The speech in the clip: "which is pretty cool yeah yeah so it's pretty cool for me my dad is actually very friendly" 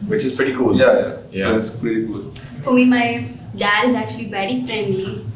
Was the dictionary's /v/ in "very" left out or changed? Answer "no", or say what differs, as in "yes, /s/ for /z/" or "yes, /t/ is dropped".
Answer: yes, /b/ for /v/